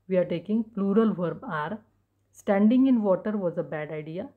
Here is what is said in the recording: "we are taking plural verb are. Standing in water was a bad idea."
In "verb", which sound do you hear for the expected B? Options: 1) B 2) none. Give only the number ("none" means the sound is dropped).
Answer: 1